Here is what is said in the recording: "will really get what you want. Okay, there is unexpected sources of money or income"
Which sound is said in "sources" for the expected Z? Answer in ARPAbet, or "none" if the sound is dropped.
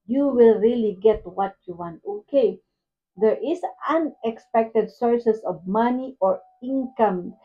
S